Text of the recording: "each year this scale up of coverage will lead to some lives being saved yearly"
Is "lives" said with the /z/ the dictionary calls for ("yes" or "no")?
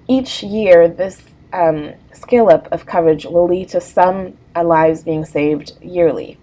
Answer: yes